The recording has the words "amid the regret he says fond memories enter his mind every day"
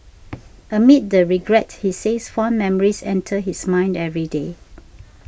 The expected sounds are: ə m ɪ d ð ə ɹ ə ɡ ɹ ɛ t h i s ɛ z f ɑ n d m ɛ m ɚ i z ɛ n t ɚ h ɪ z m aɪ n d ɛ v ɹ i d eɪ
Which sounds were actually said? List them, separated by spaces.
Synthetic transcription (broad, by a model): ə m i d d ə ɹ ə ɡ ɹ ɛ t h i s ɛ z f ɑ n m ɛ m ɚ i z ɛ n t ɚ h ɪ s m aɪ n d ɛ v ɹ i d eɪ